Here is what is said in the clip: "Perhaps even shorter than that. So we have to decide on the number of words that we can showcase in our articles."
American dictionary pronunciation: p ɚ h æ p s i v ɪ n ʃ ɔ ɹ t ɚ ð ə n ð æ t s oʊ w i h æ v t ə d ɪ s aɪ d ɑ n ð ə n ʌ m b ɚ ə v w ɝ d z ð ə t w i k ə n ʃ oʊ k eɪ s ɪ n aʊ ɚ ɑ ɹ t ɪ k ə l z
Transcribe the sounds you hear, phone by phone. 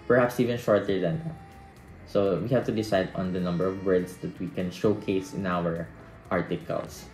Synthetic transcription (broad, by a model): p ɚ h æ p s i v ɪ n ʃ ɔ ɹ t ɚ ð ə n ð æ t s oʊ w i h æ v t ə d ɪ s aɪ d ɑ n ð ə n ʌ m b ɚ ə v w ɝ d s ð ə t w i k ə n ʃ oʊ k eɪ s ɪ n aʊ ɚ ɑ ɹ t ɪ k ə l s